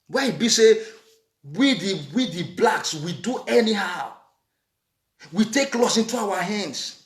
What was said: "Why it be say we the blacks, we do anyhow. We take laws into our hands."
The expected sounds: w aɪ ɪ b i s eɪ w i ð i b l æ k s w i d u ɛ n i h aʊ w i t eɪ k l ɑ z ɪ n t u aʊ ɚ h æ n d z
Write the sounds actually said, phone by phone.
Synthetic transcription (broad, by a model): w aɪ ɪ b i s eɪ w i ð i b l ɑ k s w i d u ɛ n i h aʊ w i t eɪ k l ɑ s ɪ n t u aʊ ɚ h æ n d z